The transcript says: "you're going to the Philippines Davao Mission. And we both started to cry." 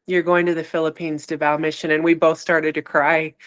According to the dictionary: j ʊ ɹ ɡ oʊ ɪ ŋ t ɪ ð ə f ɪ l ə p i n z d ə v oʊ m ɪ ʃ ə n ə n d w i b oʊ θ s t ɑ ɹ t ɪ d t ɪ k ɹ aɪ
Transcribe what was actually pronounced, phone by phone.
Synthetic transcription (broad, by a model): j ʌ ɹ ɡ oʊ ɪ ŋ t ɪ ð ə f ɪ l ə p i n z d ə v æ m ɪ ʃ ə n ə n w i b oʊ θ s t ɑ ɹ t ɪ d t ɪ k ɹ aɪ